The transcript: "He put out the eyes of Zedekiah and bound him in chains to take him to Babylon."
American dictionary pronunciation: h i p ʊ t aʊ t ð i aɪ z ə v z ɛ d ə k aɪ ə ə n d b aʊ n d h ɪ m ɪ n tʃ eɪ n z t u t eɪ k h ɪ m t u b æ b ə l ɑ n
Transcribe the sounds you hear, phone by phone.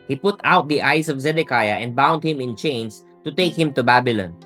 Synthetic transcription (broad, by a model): h i p ʊ t aʊ t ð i aɪ s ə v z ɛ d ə k aɪ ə ə n d b aʊ n d h ɪ m ɪ n tʃ eɪ n s t u t eɪ k h ɪ m t u b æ b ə l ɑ n